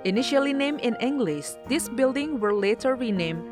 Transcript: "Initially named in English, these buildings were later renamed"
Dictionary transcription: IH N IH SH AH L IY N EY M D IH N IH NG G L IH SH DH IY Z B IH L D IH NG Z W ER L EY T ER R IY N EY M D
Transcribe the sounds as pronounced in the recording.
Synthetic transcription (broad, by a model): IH N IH SH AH L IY N EY M IH N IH NG G L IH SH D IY S B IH L D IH NG W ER L EY T ER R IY N EY M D